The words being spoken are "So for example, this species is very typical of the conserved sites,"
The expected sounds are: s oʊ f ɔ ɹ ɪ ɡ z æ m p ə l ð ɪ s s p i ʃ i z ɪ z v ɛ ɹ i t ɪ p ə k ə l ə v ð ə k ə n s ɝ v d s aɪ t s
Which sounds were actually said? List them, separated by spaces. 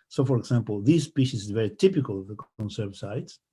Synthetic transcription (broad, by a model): s oʊ f ɔ ɹ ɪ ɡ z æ m p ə l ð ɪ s s p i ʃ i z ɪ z v ɛ ɹ i t ɪ p ə k ə l ə v ð ə k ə n s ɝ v s aɪ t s